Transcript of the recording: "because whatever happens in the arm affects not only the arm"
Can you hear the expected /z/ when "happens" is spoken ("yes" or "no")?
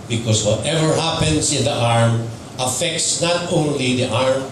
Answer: no